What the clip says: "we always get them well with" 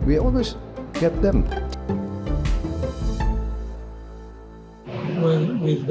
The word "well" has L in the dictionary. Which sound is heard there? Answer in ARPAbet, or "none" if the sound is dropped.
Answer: N